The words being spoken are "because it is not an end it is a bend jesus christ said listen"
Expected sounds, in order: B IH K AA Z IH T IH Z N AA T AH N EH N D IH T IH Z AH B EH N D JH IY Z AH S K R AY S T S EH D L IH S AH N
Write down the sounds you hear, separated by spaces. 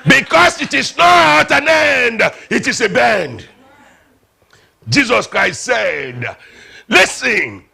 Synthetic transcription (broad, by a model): B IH K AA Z IH T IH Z N AA T AH N EH N D IH T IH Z AH B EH N D JH IY Z AH S K R AY S T S EH D L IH S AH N